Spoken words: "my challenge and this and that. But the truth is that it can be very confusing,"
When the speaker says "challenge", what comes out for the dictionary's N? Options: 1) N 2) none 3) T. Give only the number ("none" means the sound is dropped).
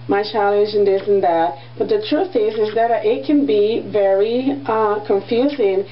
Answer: 2